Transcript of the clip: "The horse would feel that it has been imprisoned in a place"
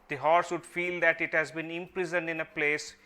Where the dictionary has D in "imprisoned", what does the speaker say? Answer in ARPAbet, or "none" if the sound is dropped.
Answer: D